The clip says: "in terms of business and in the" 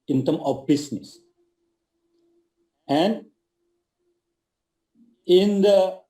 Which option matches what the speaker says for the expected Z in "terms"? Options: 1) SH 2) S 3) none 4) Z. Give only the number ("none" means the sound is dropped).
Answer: 3